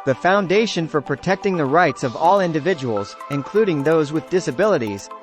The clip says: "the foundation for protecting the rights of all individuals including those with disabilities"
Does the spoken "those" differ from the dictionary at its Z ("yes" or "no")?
no